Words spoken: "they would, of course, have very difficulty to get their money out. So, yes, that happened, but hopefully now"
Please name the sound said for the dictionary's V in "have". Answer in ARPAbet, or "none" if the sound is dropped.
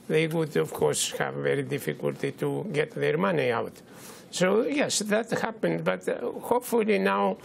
V